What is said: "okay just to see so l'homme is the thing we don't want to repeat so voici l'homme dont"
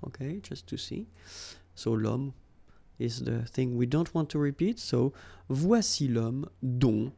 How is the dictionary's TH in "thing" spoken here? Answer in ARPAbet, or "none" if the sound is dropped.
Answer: TH